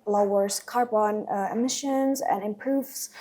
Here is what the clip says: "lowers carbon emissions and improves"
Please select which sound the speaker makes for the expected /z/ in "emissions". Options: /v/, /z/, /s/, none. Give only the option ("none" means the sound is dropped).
/z/